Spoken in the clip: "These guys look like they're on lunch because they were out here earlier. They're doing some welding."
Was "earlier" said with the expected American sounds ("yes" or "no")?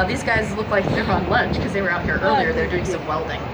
yes